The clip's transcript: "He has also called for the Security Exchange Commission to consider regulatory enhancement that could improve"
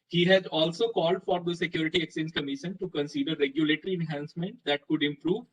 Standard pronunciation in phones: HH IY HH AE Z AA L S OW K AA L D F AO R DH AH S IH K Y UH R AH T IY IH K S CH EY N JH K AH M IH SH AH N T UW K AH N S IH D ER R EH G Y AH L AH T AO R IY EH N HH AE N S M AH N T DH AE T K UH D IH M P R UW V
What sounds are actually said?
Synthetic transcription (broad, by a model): HH IY HH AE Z AA L S OW K AA L D F AO R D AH S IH K Y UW R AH T IY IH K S EY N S K AH M IH SH AH N T UW K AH N S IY D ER R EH G Y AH L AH T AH R IY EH N HH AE N S M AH N T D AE T K UH D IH M P R UW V